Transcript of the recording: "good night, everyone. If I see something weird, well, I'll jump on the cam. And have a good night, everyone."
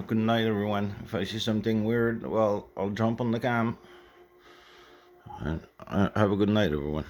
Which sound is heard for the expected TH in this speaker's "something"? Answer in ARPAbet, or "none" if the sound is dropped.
TH